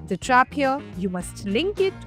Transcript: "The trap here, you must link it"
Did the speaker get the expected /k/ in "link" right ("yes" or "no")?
yes